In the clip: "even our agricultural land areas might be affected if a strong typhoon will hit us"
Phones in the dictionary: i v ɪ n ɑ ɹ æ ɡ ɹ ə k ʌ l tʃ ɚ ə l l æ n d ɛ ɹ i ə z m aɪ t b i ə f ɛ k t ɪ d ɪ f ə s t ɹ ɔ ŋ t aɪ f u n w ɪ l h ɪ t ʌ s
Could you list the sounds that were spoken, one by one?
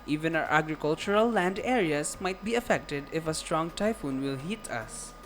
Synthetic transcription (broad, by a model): i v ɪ n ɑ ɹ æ ɡ ɹ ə k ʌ l tʃ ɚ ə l l æ n d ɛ ɹ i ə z m aɪ t b i ə f ɛ k t ɪ d ɪ f ə s t ɹ ɔ ŋ t aɪ f u n w ɪ l h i t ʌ s